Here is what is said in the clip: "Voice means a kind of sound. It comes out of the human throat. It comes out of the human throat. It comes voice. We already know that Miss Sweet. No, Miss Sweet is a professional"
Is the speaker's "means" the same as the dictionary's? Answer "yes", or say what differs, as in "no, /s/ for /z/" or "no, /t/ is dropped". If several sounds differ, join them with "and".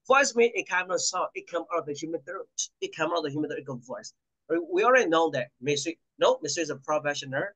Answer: no, /z/ is dropped